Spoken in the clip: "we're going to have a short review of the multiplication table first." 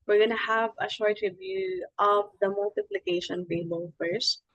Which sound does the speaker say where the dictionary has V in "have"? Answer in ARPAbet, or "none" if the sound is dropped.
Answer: V